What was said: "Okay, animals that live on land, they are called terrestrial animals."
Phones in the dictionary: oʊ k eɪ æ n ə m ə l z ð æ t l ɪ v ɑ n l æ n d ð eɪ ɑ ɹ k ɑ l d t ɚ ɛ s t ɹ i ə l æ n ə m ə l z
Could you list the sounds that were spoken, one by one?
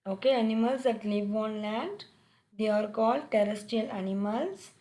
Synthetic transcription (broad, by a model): oʊ k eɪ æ n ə m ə l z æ t l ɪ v ɑ n l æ n d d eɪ ɑ ɹ k ɑ l d t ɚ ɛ s t i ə l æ n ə m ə l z